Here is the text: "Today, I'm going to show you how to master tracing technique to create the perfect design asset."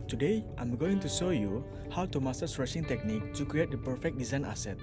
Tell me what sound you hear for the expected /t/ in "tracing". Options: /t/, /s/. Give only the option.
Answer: /s/